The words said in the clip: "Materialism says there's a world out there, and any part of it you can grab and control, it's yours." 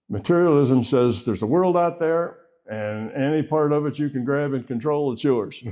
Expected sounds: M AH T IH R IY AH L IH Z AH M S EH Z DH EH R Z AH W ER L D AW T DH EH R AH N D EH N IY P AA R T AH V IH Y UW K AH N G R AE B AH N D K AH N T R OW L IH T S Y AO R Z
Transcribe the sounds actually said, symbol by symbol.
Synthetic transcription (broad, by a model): M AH T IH R IY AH L IH Z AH M S EH Z DH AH R Z AH W ER L D AW T DH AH R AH N EH N IY P AA R T AH V IH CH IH K AH N G R AE B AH N K AH N T R OW L IH T S Y AO R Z